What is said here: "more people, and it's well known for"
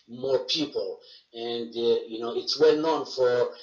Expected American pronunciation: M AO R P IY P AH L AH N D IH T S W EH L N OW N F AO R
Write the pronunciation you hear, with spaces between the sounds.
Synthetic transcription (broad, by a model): M AO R P IY P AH N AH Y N IH T S W EH L N OW N F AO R